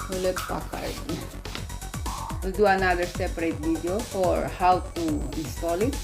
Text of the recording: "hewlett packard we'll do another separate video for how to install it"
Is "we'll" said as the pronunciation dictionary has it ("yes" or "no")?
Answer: no